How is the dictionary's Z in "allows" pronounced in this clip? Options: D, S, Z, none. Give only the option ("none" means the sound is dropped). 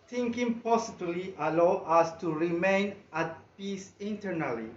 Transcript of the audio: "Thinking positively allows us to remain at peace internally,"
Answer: none